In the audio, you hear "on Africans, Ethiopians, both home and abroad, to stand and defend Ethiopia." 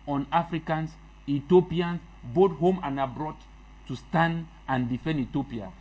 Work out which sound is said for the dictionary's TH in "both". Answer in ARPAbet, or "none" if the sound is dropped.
T